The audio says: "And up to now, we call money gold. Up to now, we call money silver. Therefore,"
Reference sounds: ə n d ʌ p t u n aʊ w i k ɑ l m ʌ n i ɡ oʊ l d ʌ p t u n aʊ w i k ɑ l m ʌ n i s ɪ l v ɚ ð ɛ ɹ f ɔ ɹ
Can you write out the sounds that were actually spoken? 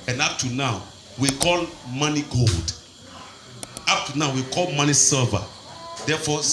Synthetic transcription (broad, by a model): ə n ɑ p t u n aʊ w i k ɑ l m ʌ n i ɡ oʊ l d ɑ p t u n aʊ w i k ɑ l m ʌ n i s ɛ v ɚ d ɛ f ɔ